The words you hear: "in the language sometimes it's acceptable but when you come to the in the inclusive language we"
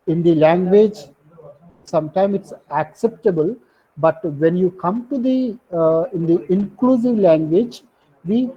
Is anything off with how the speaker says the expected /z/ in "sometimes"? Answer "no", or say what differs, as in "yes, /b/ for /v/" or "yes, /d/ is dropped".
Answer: yes, /z/ is dropped